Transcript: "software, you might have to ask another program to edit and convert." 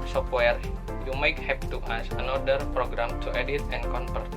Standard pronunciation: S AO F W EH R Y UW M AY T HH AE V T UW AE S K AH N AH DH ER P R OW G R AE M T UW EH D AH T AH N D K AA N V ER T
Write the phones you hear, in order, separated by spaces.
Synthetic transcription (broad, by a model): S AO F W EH R Y UW M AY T HH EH P T UW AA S AH N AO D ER P R OW G R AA M T UW EH D AH T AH N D K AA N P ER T